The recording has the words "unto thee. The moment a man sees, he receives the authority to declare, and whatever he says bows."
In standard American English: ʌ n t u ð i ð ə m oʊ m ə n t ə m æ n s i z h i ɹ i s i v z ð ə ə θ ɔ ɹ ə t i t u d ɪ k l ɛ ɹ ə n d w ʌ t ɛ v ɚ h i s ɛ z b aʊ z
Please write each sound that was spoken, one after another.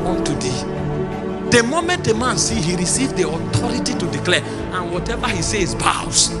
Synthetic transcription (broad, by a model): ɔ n t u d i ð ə m oʊ m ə n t ə m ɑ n s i h i ɹ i s i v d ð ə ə t ɔ ɹ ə t i t u d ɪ k l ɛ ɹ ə n w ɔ t ɛ v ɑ h i s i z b aʊ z